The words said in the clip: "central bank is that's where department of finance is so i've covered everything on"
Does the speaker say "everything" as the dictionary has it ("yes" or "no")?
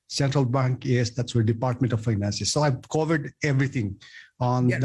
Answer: no